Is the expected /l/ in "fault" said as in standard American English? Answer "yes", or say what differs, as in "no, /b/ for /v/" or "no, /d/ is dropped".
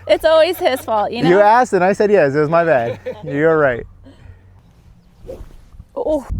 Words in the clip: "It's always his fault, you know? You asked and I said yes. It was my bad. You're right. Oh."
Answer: yes